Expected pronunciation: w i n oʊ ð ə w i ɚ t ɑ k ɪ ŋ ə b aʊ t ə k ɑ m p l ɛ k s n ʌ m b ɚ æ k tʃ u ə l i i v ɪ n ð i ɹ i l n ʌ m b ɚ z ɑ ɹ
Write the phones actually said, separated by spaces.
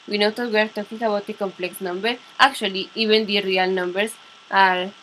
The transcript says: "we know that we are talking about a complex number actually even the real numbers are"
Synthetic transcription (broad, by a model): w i n oʊ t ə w ɚ t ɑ k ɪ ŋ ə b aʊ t ə k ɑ m p l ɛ k s n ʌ m b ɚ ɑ k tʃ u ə l i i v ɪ n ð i ɹ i l n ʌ m b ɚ s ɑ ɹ